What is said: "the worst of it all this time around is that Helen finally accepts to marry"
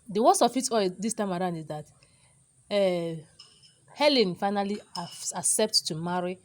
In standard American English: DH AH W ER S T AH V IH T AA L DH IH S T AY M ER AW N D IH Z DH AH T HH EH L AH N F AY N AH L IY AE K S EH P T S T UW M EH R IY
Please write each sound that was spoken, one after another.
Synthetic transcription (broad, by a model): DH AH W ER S AH F IH T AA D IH S T AY M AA AW N D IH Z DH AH T HH EH L AH N F AY N AH L IY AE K S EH P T T UW M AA R IY